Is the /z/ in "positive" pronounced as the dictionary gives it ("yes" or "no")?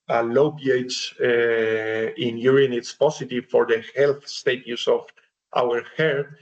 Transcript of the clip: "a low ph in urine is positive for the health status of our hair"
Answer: no